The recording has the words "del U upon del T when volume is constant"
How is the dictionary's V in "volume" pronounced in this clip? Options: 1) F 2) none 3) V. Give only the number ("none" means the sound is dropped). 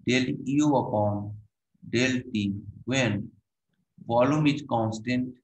1